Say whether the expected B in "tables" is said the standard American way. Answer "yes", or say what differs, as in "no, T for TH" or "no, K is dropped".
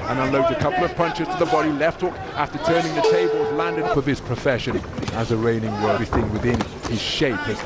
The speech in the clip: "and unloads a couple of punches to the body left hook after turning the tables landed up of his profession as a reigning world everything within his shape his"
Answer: yes